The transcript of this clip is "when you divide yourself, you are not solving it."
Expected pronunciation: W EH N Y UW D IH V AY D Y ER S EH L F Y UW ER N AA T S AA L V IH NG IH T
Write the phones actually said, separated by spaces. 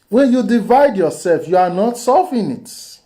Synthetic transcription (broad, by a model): W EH N Y UW D IH V AY D Y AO S EH L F Y UW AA N AA T S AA V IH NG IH T